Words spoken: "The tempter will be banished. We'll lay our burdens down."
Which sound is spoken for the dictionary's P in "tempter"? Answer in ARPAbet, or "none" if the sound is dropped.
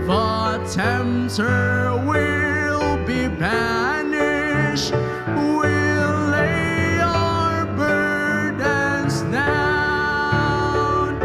none